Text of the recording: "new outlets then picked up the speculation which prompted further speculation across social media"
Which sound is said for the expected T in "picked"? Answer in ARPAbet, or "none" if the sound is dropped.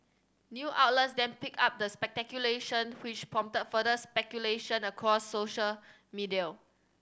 none